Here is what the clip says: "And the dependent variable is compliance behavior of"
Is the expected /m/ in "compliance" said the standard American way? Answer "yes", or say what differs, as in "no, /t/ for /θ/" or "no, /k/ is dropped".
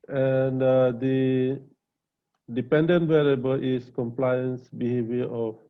yes